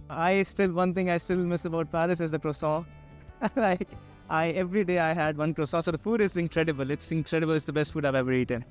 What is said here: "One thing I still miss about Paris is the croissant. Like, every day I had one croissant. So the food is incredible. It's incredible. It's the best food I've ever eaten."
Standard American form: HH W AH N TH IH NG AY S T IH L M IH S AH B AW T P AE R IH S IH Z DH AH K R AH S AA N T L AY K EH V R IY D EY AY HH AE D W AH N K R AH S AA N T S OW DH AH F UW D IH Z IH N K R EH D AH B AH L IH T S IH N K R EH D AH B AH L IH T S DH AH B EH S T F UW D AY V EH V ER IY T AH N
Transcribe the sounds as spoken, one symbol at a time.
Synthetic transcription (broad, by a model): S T AH N T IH NG AY S T IH L M IH S AH B AW T P AE R IH S IH Z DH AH K R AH S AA L AY K EH V R IY D EY AY HH AE D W AH N K R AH S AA S OW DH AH F UW D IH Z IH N K R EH D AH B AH L IH T S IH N K R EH D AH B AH L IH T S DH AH B EH S T F UW D AY V EH V ER IY T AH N